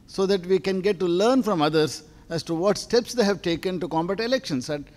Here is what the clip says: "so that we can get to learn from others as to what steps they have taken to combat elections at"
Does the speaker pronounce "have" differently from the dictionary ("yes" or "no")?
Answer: no